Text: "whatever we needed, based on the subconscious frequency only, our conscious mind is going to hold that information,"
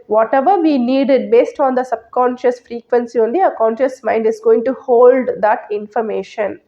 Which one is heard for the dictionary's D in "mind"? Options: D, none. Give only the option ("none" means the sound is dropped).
D